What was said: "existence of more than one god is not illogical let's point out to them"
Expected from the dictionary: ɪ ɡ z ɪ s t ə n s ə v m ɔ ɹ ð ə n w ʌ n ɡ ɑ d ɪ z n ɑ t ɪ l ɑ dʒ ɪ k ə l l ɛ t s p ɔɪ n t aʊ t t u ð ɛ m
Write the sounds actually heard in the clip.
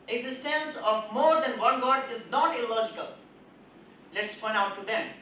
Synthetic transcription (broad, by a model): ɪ ɡ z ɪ s t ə n s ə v m ɔ ɹ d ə n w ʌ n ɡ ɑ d ɪ z n ɑ t ɪ l ɑ dʒ ɪ k ə l l ɛ t s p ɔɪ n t aʊ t t u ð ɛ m